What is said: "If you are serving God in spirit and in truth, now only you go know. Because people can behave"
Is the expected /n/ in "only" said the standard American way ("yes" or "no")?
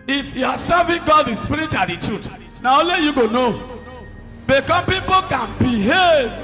no